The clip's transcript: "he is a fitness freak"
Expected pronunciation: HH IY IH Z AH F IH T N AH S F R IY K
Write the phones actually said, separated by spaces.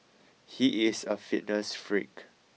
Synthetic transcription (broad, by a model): HH IY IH S AH F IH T N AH S F R IY K